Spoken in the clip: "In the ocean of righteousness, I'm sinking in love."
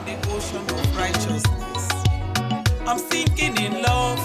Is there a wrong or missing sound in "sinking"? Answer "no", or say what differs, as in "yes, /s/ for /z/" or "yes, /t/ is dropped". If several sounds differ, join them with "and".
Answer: yes, /θ/ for /s/